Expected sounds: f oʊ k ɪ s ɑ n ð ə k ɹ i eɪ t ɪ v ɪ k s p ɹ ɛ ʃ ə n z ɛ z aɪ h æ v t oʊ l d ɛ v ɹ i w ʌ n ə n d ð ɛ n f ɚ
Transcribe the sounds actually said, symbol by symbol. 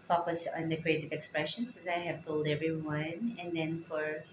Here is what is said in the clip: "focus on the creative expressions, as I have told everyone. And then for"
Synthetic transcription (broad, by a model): f oʊ k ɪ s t n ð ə k ɹ i eɪ t ɪ v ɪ k s p ɹ ɛ ʃ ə n s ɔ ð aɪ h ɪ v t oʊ l d ɛ v ɹ i w ʌ n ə n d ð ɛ n f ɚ